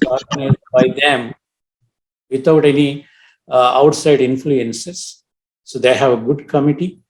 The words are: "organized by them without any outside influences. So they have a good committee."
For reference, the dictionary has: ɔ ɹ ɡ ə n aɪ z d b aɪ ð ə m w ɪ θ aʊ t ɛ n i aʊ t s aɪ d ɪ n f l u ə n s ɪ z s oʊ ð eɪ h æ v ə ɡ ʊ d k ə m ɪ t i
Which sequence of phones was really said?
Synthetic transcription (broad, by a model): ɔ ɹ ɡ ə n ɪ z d b aɪ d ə m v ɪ t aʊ t ɛ n i aʊ t s aɪ d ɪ n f l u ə n s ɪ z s oʊ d eɪ h æ v ə ɡ ʊ d k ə m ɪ t i